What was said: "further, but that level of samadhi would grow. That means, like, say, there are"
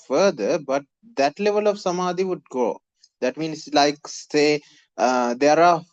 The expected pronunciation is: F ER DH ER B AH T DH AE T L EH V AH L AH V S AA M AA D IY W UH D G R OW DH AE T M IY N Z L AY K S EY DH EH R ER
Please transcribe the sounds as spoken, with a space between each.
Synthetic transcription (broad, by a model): F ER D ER B AH T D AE T L EH V AH L AH V S AA M AA D IY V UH D G OW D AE T M IY N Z L AY K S EY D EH R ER